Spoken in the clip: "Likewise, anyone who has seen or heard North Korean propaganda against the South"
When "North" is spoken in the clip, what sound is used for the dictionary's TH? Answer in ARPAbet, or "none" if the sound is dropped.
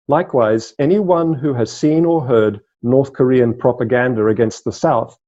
TH